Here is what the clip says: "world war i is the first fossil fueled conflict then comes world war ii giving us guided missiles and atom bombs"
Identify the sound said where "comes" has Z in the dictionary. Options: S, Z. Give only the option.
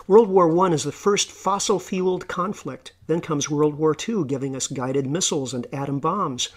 Z